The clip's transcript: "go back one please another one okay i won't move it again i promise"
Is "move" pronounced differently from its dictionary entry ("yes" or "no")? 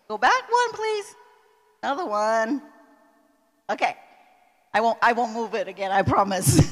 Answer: no